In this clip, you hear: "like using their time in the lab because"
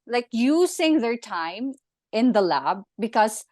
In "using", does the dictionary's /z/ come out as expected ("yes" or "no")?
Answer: no